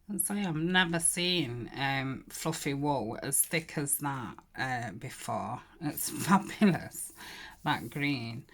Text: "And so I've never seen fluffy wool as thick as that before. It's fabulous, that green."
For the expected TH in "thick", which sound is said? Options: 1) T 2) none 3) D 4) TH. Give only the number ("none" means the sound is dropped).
4